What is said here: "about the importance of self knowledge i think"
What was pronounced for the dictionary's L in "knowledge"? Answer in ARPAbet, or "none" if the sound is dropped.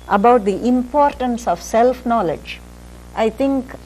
L